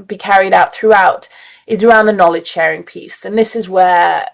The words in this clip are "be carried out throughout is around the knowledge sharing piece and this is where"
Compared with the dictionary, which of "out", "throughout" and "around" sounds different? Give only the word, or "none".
none